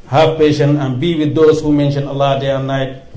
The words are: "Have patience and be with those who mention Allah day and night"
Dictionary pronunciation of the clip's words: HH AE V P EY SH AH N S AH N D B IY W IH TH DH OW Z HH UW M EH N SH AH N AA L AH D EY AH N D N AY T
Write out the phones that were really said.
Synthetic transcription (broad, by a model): HH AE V P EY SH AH N AH N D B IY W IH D OW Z HH UW M EH N SH AH N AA L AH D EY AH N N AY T